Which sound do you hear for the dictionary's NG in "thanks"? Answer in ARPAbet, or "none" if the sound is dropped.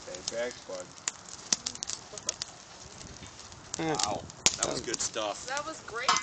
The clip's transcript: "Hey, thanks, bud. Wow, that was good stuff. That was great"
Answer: none